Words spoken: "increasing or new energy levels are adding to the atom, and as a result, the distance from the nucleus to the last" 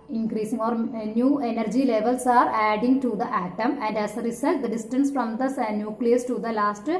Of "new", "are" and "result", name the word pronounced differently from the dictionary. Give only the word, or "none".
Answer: result